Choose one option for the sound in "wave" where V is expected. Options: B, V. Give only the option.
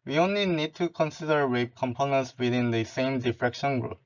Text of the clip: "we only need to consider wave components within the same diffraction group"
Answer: B